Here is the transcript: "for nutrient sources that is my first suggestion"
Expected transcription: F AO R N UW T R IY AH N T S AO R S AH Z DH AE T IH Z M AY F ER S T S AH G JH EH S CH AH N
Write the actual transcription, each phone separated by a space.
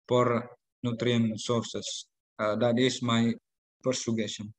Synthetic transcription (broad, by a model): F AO R N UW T R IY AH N S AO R S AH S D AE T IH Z M AY P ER T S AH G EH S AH N